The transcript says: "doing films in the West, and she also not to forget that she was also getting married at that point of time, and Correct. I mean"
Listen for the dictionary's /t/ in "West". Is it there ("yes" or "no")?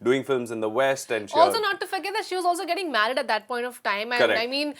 yes